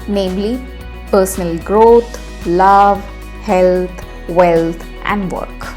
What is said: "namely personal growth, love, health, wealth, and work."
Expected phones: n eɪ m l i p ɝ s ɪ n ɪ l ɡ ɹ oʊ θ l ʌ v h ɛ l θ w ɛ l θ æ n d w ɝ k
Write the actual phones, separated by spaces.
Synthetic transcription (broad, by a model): n eɪ m l i p ɝ s ɪ n ɪ l ɡ ɹ oʊ t l ʌ v h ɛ l t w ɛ l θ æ n d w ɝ k